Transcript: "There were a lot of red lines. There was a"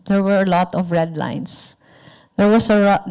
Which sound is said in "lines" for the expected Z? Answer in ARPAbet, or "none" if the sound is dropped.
S